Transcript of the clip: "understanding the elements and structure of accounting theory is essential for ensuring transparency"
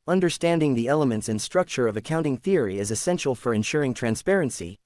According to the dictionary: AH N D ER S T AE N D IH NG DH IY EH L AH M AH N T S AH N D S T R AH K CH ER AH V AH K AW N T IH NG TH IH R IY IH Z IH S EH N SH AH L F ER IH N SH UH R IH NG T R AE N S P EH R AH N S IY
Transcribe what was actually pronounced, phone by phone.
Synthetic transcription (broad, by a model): AH N D ER S T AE N D IH NG DH IY EH L AH M AH N T S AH N S T R AH K CH ER AH V AH K AW N T IH NG TH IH R IY IH Z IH S EH N SH L F ER IH N SH UH R IH NG T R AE N S P EH R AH N S IY